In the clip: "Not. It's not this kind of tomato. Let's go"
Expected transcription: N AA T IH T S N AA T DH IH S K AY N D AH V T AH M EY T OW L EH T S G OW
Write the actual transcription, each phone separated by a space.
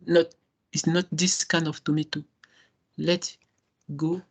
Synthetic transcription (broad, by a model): N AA T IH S N AA T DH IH S K AY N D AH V T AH M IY T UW L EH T G OW